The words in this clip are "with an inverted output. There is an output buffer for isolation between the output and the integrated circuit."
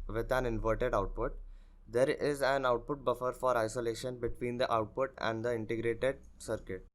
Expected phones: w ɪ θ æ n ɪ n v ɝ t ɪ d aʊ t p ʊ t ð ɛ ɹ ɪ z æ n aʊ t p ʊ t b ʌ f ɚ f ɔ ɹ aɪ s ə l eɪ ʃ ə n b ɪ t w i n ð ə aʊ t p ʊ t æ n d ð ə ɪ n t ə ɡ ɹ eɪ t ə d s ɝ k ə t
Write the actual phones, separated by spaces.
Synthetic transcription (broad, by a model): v ɪ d æ n ɪ n v ɝ t ɪ d aʊ t p ʊ t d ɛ ɹ ɪ z æ n aʊ t p ʊ t b ʌ f ɚ f ɔ ɹ aɪ s ə l eɪ ʃ ə n b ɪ t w i n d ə aʊ t p ʊ t æ n d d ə ɪ n t ə ɡ ɹ eɪ t ə d s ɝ k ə t